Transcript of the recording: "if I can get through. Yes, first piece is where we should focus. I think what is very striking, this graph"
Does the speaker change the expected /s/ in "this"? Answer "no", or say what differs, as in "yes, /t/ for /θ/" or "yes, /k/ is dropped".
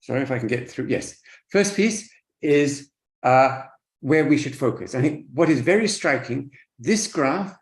no